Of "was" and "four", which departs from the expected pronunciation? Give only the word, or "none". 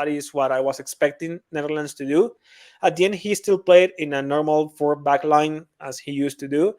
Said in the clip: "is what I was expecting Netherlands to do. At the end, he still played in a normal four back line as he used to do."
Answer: was